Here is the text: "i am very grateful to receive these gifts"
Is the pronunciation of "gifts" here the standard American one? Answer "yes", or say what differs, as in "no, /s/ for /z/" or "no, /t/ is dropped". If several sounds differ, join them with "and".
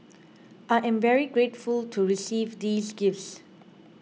yes